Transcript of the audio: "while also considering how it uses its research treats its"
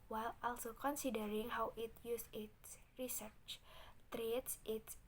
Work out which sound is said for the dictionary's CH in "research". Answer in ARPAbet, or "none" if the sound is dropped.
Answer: CH